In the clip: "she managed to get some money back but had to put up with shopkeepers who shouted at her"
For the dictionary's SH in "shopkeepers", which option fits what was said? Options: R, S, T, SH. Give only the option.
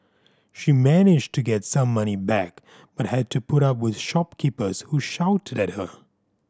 SH